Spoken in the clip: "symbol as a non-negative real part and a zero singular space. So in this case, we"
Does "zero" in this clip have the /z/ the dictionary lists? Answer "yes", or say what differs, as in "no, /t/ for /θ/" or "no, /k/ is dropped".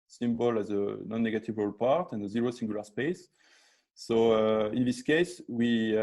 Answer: yes